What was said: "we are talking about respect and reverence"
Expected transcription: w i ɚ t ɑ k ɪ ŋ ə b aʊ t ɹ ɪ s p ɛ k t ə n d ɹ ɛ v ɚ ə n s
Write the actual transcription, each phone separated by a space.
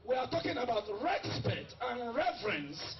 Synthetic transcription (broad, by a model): w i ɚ t ɑ k ɪ ŋ ə b aʊ t ɹ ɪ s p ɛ t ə n ɹ ɛ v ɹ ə n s